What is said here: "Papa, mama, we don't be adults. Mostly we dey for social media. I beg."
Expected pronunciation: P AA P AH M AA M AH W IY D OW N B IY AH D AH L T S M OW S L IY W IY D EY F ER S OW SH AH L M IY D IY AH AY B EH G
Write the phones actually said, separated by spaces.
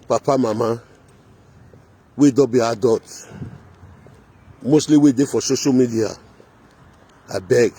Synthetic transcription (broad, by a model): P AA P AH M AA M AH W IY D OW B IY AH D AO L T M OW S L IY W IY D EY F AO S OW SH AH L M IY D IY AH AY B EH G